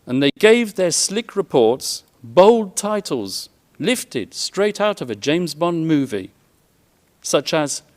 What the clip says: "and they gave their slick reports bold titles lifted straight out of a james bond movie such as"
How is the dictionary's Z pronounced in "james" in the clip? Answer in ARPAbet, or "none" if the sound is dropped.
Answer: Z